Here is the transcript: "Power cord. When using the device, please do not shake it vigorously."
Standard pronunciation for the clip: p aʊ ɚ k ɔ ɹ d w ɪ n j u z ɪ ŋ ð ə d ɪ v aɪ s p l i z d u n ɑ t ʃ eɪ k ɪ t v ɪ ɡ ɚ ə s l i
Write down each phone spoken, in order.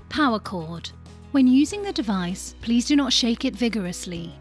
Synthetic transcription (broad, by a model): p aʊ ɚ k ɔ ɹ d w ɪ n j u z ɪ ŋ ð ə d ɪ v aɪ s p l i z d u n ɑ t ʃ eɪ k ɪ t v ɪ ɡ ɚ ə s l i